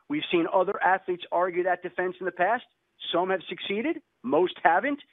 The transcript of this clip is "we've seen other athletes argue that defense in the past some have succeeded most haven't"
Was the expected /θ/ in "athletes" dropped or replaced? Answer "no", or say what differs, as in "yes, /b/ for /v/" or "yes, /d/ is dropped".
no